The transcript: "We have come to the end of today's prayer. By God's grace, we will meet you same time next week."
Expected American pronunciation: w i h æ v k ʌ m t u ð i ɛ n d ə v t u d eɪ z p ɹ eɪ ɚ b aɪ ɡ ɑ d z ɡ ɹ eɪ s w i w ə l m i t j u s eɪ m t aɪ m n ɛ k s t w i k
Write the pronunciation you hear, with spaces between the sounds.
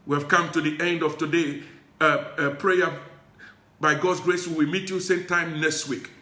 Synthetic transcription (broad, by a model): w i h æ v k ʌ m t u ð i ɛ n d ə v t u d eɪ p ɹ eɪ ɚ b aɪ ɡ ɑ d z ɡ ɹ eɪ s w i w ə m i t j u s eɪ m t aɪ m n ɛ k s t w i k